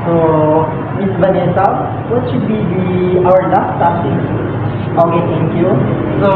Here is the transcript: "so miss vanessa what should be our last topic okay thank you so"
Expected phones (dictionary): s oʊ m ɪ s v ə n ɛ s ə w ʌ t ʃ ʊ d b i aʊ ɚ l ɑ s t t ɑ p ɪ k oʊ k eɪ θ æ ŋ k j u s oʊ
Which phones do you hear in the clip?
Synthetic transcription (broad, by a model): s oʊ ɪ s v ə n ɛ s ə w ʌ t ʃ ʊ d b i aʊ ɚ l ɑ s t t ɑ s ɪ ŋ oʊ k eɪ t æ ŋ k j u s oʊ